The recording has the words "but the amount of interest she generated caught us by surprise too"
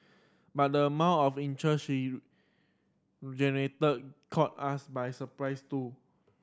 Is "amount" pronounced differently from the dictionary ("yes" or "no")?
yes